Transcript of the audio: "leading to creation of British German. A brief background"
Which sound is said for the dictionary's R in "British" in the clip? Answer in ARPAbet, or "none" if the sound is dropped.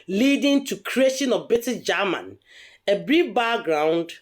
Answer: none